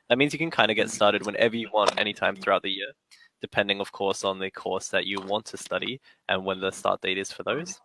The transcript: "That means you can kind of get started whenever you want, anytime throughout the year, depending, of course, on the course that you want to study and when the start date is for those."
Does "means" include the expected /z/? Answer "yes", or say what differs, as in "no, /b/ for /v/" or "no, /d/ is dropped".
yes